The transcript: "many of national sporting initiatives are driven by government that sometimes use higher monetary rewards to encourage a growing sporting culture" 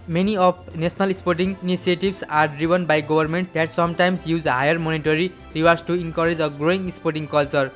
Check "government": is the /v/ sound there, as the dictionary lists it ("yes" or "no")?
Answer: no